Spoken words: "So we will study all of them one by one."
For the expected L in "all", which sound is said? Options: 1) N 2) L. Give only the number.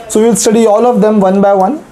2